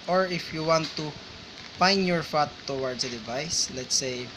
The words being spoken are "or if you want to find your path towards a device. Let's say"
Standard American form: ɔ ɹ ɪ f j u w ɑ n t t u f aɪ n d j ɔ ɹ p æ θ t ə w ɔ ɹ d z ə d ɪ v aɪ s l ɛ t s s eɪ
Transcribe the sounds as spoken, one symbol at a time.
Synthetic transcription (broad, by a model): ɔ ɹ ɪ f j u w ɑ n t t u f aɪ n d j ɔ ɹ f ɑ t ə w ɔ ɹ d s ə d ɪ v aɪ s l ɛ t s s eɪ